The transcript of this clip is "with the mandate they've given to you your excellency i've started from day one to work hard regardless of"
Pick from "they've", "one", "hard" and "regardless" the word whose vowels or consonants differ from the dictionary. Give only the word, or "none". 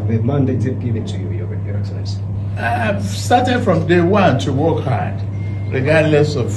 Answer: they've